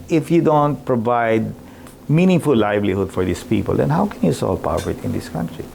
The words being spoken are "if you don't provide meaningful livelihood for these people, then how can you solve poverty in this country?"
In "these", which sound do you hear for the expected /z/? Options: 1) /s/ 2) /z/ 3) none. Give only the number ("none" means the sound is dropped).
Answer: 1